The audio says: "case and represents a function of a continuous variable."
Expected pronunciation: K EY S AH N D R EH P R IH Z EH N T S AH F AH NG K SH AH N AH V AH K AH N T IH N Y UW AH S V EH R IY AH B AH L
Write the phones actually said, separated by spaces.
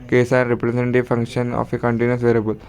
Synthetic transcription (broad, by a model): K EY S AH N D R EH P R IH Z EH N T AH F AH NG K SH AH N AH F AH K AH N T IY N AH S V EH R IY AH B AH L